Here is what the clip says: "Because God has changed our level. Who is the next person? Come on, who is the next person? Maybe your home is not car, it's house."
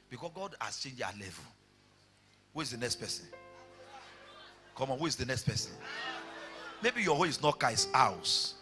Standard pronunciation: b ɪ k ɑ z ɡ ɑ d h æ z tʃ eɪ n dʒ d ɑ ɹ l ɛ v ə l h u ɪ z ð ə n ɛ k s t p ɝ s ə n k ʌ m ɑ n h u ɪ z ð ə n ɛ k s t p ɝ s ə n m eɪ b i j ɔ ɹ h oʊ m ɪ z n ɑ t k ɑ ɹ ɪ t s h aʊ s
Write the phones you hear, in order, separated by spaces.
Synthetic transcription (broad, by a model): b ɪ k ɑ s ɡ ɑ d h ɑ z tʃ eɪ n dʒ ɑ l ɛ v ə l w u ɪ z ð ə n ɛ k s t p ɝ s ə n k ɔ m ɑ n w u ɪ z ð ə n ɛ k s t p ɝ s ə n m eɪ b i j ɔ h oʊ ɪ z n ɑ t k ɑ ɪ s aʊ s